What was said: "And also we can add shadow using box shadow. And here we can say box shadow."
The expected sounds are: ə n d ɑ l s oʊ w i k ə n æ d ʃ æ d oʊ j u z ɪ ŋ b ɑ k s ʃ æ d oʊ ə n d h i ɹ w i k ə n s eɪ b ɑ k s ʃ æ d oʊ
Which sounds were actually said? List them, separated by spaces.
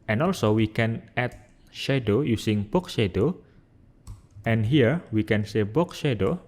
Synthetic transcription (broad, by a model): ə n ɑ l s oʊ w i k ə n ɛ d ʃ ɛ d oʊ j u s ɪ ŋ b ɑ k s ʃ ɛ d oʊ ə n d h i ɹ w i k ə n s eɪ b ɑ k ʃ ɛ d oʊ